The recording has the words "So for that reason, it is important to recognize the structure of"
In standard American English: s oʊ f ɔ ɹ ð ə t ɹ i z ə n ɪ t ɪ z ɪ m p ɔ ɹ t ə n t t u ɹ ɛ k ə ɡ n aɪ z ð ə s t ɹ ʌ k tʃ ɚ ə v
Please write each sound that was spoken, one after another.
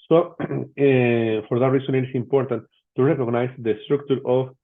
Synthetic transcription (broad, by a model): s oʊ f ɔ ɹ ð ə t ɹ i s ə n ɪ t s ɪ m p ɔ ɹ t ə n t t u ɹ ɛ k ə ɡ n aɪ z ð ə s t ɹ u k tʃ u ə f